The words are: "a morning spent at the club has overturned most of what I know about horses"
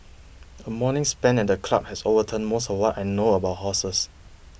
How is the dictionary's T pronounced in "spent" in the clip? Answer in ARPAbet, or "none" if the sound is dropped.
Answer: none